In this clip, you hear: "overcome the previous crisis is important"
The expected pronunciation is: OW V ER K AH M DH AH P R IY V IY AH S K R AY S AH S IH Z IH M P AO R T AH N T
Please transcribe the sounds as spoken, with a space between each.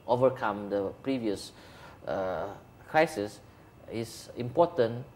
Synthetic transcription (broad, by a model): OW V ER K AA M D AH P R IY V IY AH S K R AY S AH S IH S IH M P AO T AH N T